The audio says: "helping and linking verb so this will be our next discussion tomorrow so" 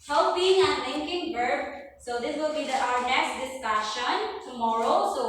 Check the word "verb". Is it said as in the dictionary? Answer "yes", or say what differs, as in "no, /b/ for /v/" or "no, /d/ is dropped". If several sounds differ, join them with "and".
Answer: no, /b/ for /v/